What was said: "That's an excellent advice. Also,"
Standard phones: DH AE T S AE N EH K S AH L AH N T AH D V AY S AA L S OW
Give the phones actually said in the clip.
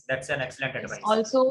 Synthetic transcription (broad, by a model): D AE T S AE N EH K S AH L AH N T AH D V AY AA L S OW